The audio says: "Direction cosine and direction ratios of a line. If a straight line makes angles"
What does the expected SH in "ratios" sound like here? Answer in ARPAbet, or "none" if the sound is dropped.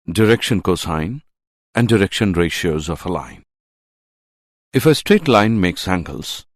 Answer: SH